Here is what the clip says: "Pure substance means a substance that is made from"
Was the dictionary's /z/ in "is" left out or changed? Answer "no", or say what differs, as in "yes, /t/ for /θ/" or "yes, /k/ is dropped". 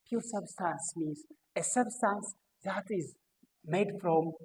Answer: no